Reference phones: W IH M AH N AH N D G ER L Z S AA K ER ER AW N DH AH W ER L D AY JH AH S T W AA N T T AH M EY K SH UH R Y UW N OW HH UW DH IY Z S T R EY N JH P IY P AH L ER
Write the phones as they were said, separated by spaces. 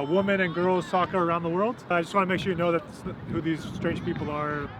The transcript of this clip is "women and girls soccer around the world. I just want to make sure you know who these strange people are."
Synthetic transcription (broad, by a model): W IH M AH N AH N G ER L Z S AA K ER ER AW N DH AH W ER L D AY JH AH S T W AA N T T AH M EY K SH UH R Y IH N OW HH UW DH IY Z S T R EY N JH P IY P L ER